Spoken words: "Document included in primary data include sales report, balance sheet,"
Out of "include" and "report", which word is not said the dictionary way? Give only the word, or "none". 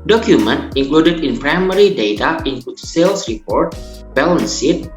include